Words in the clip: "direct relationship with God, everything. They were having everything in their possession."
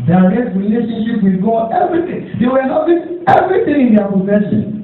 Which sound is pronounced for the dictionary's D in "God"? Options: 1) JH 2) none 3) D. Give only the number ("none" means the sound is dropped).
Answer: 2